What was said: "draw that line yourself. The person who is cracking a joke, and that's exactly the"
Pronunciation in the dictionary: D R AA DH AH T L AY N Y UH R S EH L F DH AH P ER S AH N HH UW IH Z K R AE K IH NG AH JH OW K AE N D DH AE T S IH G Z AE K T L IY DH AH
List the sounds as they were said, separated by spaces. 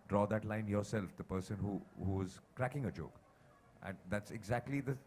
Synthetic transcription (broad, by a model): D R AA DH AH T L AY N Y UH R S EH L F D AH P ER S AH N HH UW IH Z K R AE K IH NG AH JH OW K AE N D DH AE T S IH G Z AE K T L IY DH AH